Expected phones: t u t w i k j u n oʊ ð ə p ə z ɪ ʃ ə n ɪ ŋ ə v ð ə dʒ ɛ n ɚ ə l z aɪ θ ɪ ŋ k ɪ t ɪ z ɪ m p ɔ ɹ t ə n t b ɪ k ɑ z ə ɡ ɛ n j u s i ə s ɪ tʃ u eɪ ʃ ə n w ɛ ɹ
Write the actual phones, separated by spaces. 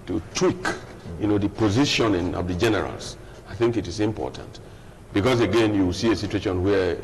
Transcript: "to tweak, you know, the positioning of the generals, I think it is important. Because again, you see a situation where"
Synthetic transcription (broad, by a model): t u t w i k j u n oʊ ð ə p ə z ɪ ʃ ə n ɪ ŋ ə v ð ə dʒ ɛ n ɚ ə l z aɪ θ ɪ ŋ k ɪ t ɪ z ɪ m p ɔ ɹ t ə n t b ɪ k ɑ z ə ɡ ɛ n j u s i ə s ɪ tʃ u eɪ ʃ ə n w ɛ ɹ